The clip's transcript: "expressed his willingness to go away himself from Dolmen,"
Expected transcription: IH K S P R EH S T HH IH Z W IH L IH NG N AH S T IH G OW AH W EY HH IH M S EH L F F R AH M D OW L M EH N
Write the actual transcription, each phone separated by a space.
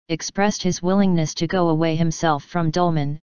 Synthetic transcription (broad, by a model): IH K S P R EH S T HH IH Z W IH L IH NG N AH S T IH G OW AH W EY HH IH M S EH L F F R AH M D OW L M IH N